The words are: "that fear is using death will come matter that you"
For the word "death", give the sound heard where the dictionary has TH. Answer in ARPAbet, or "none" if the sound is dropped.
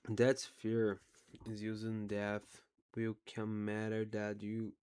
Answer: TH